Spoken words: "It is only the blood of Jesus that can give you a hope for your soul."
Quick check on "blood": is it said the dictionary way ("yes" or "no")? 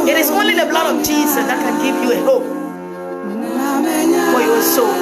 yes